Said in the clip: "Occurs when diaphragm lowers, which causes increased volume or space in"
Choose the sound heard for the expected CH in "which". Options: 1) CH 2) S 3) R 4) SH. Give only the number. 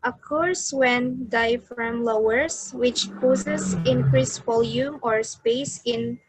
1